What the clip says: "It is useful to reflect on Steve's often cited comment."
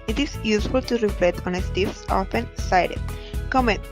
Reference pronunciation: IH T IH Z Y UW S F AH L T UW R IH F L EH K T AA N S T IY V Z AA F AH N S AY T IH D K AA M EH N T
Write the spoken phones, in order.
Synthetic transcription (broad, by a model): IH T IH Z Y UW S F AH L T UW R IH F L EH T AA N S T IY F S AA F AH N S AY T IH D K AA M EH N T